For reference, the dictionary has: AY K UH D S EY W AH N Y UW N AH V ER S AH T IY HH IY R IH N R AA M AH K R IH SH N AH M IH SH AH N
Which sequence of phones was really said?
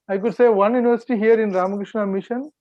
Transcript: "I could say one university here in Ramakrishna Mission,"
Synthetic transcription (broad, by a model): AY K UH D S EY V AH N Y UW N AH V ER S AH T IY HH IY R IH N R AA M AH K R IH SH N AH M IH SH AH N